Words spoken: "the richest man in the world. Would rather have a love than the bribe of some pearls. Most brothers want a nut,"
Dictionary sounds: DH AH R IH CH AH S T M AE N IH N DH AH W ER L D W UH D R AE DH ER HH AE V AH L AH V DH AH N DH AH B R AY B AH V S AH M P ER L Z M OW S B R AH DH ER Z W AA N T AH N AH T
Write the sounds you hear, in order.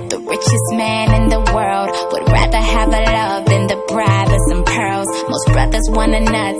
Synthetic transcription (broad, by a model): DH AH R IH CH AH S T M AE N IH N DH AH W ER L D W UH D R AE DH ER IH V AH L AH V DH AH N DH AH B R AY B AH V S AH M P ER L Z M OW S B R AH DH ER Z W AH N AH N AH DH